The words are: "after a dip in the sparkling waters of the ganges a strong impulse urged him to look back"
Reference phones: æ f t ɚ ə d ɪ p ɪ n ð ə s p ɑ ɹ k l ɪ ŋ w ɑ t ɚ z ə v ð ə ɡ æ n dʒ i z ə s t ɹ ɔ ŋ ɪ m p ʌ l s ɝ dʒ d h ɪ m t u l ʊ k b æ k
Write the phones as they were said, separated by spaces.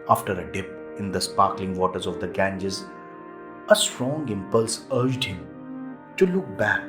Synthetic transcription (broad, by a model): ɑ f t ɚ ə d ɪ p ɪ n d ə s p ɑ ɹ k l ɪ ŋ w ɑ t ɚ z ə v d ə ɡ æ n dʒ i z ə s t ɹ ɔ ŋ ɪ m p ʌ l s ɝ dʒ d h ɪ m t u l ʊ k b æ k